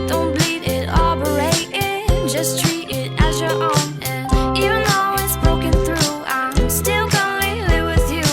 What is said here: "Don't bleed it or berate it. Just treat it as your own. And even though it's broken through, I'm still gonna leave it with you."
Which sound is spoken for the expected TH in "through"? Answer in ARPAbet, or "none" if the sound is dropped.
TH